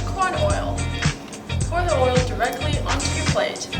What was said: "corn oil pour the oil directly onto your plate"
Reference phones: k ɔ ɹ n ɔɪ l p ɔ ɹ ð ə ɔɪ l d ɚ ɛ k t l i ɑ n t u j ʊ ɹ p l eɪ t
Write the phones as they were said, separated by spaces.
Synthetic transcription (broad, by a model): k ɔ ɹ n ɔɪ l f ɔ ɹ ð ə ɔɪ l d ɚ ɛ k t l i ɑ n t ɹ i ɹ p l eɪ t